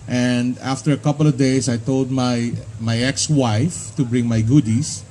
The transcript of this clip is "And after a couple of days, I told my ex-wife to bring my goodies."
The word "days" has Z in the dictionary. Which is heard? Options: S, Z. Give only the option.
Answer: S